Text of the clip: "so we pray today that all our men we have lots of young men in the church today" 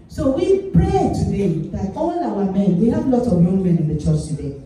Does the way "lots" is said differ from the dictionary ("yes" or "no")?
yes